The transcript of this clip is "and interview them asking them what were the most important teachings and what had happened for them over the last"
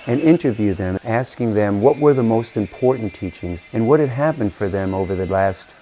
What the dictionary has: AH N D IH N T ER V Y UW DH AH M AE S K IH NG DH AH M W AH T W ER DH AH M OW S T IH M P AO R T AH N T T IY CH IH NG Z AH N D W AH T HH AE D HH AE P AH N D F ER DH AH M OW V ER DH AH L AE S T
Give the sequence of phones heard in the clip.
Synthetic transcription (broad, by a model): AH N IH N T ER V Y UW DH AH M AE S K IH NG DH AH M W AH T W ER DH AH M OW S T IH M P AO R T N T T IY CH IH NG Z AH N W AH T HH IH D HH AE P AH N D F ER DH AH M OW V ER DH AH L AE S T